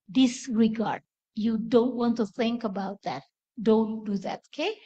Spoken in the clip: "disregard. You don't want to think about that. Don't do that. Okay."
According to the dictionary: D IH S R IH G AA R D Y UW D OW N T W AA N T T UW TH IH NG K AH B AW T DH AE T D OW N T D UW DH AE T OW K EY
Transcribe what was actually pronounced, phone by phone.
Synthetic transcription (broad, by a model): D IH S R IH G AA R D Y UW D OW N T W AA N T T UW TH IH NG K AH B AW T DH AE T D OW N T D UW DH AE T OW K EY